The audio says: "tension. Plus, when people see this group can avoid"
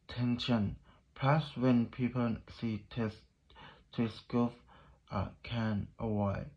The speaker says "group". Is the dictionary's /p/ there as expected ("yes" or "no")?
no